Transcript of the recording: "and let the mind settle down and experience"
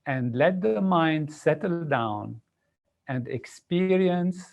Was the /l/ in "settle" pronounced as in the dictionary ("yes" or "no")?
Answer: yes